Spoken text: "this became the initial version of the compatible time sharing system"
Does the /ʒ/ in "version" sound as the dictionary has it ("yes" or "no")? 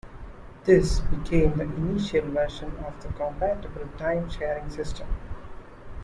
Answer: no